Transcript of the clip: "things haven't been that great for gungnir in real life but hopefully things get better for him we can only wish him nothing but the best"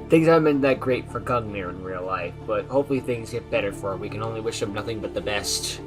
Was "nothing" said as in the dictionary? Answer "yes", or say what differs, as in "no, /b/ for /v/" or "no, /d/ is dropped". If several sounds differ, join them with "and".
yes